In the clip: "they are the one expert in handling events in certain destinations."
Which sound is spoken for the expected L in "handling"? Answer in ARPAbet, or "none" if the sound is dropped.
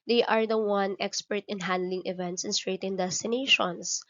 L